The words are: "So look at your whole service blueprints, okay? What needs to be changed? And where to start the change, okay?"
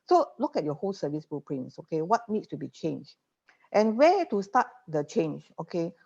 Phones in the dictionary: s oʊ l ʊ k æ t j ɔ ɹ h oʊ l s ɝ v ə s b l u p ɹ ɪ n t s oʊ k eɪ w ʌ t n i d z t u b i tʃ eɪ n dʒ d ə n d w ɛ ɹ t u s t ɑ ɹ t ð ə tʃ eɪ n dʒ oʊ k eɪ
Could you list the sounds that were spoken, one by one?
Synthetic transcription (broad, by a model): s oʊ l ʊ k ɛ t j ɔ h oʊ l s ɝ v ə s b u p ɹ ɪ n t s oʊ k eɪ w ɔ t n i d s t u b i tʃ eɪ n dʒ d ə n w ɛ t u s t ɑ t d ə tʃ eɪ n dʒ oʊ k eɪ